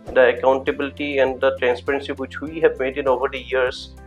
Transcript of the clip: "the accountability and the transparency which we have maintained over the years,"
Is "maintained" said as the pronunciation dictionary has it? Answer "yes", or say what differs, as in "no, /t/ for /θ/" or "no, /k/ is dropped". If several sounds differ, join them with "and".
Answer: no, /d/ is dropped